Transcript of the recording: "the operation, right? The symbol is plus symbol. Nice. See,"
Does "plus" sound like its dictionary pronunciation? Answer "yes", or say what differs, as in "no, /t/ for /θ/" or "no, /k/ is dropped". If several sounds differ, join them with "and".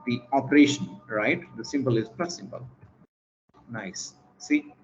no, /l/ is dropped